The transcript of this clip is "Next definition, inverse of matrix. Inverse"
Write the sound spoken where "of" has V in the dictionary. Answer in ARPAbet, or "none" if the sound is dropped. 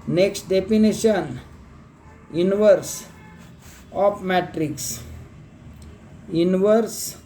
P